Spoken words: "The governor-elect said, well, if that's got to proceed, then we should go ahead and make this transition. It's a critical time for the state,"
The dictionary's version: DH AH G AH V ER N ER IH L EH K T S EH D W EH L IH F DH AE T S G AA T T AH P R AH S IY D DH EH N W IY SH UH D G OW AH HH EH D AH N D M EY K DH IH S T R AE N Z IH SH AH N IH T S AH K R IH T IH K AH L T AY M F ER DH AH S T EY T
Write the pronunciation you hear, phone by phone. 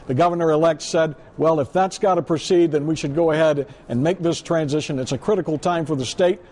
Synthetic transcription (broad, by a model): DH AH G AH V ER N ER IH L EH K T S EH D W EH L IH F DH AE T S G AA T T AH P R AH S IY D DH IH N W IY SH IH D G OW AH HH EH D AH N M EY K DH IH S T R AE N Z IH SH AH N IH T S AH K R IH T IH K L T AY M F ER DH AH S T EY T